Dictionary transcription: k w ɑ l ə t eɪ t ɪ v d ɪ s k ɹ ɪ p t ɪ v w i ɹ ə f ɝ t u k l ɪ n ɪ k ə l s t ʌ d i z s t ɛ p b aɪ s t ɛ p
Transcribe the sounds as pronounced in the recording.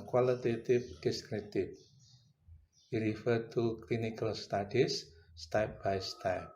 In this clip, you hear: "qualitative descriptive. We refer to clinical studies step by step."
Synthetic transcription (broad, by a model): k w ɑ l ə t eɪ t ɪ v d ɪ s k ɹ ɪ t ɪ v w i ɹ ə f ɝ t u k l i n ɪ k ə l s t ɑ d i s t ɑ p b aɪ s t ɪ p